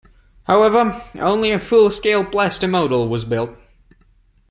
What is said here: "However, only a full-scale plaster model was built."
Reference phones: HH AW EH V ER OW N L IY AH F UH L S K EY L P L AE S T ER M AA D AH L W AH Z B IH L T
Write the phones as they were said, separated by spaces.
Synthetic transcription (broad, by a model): HH AW EH V ER OW N L IY AH F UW L S K EY L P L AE S T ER M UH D L W AH Z B IH L T